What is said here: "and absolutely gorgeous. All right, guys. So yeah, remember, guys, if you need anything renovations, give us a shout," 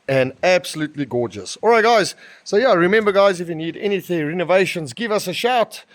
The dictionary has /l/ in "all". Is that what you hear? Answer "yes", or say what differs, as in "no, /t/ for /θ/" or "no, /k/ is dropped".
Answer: yes